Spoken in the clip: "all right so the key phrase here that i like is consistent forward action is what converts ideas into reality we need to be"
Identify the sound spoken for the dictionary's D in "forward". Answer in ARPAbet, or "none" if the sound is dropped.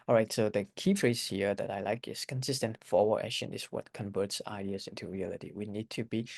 none